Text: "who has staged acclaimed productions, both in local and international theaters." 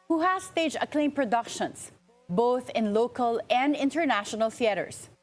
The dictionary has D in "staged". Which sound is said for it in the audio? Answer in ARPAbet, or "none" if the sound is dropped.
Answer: none